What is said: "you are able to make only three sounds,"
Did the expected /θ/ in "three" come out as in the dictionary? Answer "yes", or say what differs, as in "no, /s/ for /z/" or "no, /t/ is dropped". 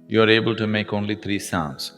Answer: no, /t/ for /θ/